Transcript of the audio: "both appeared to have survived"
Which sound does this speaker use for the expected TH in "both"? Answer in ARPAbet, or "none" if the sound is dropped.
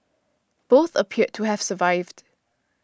TH